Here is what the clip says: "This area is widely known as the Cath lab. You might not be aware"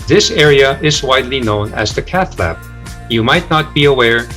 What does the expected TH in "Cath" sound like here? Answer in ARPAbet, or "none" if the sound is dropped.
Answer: TH